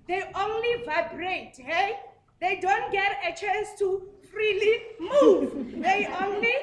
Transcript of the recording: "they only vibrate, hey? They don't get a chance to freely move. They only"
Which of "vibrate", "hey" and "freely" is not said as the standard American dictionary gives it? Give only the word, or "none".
none